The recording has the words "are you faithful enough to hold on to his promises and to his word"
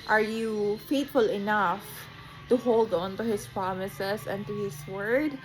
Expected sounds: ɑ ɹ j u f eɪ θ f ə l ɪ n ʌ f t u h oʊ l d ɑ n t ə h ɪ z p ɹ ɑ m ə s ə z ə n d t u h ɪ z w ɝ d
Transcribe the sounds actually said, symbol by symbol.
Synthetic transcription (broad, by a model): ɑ ɹ j u f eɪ t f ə l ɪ n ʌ f t u h oʊ l d ɑ n t ə h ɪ s p ɹ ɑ m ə s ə s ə n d t u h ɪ s w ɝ d